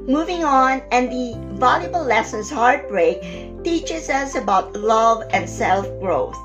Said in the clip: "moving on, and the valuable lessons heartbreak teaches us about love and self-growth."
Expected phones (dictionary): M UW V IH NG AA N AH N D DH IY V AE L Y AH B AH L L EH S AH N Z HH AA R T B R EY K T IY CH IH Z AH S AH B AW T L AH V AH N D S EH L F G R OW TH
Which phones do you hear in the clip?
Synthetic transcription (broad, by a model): M UW V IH NG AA N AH N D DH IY V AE L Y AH B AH L L EH S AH N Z HH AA R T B R EY K T IY CH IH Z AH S AH B AW T L AH V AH N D S EH L F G R OW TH